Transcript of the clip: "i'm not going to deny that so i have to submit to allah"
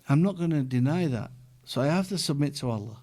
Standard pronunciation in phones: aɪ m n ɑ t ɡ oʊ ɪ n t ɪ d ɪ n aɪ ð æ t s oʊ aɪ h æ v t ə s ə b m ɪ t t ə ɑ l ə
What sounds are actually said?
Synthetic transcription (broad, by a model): aɪ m n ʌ t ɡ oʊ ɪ n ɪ d ɪ n aɪ ð æ t s oʊ aɪ h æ f t ə s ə b m ɪ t t ə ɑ l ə